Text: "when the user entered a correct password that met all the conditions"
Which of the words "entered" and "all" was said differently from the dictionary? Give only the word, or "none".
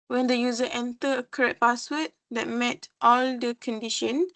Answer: entered